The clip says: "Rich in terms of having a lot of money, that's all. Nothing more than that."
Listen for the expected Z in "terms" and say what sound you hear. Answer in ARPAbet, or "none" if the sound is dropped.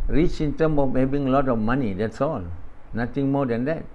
none